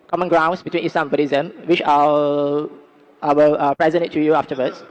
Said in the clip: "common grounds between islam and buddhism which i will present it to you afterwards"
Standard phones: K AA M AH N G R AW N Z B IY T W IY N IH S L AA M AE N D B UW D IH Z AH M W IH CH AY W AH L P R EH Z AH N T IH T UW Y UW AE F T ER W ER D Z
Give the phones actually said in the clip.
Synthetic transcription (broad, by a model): K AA M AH N G R AW N S B IY T W IY N IH S L AA M B UW D IH Z AH M W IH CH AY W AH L P R EH Z AH N T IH T UW Y UW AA F T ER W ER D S